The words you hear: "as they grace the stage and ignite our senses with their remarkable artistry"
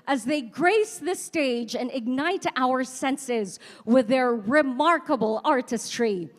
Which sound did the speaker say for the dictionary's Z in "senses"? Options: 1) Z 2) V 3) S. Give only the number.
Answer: 1